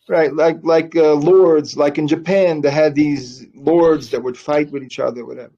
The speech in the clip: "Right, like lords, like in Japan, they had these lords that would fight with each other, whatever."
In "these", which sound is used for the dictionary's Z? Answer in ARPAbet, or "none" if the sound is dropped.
Z